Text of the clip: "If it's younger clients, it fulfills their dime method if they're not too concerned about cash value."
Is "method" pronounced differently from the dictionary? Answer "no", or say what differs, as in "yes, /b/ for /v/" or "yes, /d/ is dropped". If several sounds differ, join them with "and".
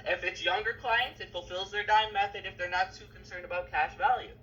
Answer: no